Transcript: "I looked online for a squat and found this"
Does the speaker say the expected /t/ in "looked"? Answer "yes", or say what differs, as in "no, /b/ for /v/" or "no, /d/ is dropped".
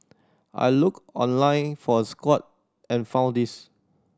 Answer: no, /t/ is dropped